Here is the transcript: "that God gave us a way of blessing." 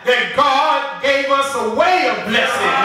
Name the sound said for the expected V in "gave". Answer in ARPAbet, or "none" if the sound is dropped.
V